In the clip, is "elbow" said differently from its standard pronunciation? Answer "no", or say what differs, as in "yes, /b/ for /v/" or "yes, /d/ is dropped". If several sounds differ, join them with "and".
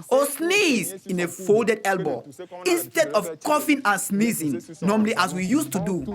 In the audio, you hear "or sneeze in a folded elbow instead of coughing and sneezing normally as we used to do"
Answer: no